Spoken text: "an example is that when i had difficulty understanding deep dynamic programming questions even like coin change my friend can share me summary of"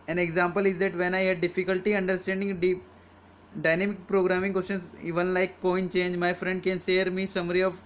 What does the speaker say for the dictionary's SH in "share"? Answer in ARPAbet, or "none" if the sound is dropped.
S